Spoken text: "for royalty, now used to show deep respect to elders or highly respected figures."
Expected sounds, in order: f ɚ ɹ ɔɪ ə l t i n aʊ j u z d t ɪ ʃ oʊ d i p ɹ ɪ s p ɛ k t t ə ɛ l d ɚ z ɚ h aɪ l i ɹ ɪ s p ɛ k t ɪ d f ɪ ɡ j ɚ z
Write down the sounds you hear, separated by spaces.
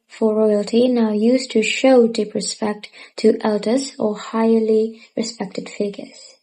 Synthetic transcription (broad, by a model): f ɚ ɹ ɔɪ ə l t i n aʊ j u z t ɪ ʃ oʊ d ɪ p ɹ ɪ s p ɛ k t t ɛ l d ɚ z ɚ h aɪ l i ɹ ɪ s p ɛ k t ɪ d f ɪ ɡ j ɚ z